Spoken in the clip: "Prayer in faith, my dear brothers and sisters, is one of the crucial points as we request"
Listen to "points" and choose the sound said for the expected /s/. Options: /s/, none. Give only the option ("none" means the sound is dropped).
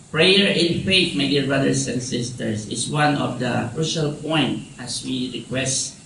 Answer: none